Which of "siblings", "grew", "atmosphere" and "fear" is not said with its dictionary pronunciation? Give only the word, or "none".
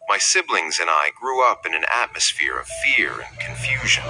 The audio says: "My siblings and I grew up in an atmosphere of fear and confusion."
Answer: none